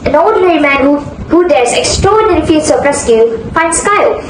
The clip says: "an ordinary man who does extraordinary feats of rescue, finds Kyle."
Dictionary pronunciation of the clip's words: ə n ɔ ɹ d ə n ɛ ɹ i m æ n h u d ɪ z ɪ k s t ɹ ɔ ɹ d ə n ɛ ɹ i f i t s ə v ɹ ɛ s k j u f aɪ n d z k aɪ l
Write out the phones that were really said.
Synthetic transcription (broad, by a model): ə n ɔ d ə n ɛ ɹ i m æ n h u d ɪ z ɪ k s t ɹ ɔ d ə n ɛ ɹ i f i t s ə p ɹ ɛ s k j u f aɪ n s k aɪ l